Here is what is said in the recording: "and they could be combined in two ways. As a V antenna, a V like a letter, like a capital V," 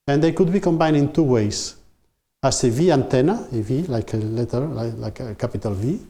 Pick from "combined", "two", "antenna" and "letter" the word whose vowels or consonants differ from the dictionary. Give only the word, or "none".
combined